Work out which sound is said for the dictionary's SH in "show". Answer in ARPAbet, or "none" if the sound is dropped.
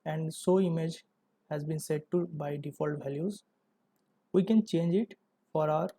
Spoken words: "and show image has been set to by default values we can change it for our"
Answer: S